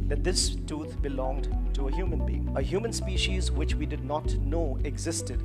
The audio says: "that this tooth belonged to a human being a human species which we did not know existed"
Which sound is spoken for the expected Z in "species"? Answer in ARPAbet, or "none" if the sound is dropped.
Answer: Z